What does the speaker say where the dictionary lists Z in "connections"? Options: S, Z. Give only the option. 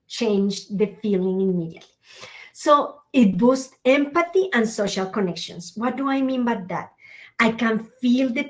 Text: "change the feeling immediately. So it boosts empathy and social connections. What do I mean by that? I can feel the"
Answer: S